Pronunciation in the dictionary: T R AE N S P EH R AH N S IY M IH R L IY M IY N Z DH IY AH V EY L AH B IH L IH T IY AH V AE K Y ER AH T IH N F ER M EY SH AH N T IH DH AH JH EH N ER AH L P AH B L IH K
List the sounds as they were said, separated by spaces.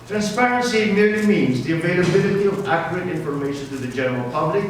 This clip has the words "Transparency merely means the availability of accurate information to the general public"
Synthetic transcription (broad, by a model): T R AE N S P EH R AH N S IY M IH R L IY M IY N Z DH IY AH V EY L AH B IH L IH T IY AH V AE K Y ER AH T IH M F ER M EY SH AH N T IH DH AH JH EH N ER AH L P AH B L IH K